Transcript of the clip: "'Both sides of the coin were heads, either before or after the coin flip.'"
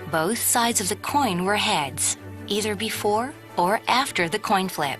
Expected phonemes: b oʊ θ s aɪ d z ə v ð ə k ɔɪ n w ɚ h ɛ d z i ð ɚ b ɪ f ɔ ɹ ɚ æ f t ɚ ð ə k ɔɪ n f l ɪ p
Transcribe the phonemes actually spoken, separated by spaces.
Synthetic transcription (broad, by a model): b oʊ θ s aɪ d z ə v ð ə k ɔɪ n w ɚ h ɛ d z i ð ɚ b ɪ f ɔ ɹ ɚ æ f t ɚ ð ə k ɔɪ n f l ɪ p